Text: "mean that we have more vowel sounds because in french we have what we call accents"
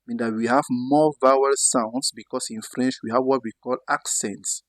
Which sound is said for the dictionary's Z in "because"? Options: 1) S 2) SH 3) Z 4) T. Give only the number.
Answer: 1